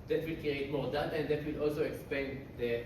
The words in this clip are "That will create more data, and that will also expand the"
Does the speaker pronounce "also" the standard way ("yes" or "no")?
yes